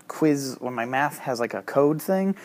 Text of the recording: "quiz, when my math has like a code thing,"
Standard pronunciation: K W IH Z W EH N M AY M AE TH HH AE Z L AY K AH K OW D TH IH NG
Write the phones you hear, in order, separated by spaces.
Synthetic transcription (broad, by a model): K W IH Z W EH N M AY M AE TH HH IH Z L AY K AH K OW D TH IH NG